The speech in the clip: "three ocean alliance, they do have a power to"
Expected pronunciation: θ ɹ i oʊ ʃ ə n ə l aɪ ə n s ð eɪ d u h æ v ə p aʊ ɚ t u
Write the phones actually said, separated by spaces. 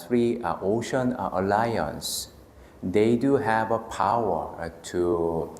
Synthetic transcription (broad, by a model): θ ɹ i oʊ ʃ ə n ə l aɪ ə n s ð eɪ d u h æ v ə p aʊ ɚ t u